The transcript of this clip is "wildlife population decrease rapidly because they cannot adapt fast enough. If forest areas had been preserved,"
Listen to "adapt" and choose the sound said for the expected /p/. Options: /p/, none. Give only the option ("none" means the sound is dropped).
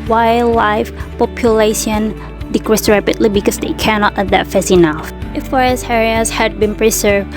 none